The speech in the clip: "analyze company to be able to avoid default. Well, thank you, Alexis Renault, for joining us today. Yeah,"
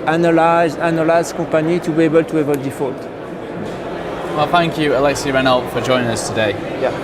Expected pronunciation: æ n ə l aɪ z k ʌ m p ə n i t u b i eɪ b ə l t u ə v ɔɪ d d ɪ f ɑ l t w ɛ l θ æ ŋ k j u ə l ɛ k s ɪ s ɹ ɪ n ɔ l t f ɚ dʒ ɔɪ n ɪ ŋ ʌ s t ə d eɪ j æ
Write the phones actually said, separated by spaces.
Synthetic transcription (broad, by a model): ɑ n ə l aɪ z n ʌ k p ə n i t u b i eɪ b ə l t u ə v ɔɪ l d ɪ f ɑ l t w ɛ l θ æ ŋ k j u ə l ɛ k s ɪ ɹ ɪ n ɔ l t f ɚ dʒ ɔɪ n ɪ ŋ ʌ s t ə d eɪ j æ